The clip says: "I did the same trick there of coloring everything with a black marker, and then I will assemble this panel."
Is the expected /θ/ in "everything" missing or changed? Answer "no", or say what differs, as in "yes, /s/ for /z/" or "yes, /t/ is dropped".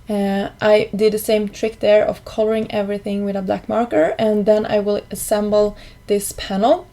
no